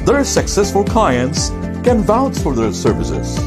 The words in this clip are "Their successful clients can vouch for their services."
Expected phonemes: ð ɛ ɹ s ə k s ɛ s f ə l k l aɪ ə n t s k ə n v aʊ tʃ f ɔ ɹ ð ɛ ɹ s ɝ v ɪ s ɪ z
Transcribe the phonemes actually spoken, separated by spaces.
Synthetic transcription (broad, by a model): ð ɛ ɹ s ə k s ɛ s f ə l k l aɪ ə n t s k ə n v aʊ s f ɔ ɹ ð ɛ ɹ s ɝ v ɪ s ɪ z